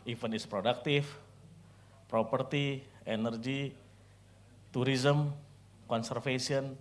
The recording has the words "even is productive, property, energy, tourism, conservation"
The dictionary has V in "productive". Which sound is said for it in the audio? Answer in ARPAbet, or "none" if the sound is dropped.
F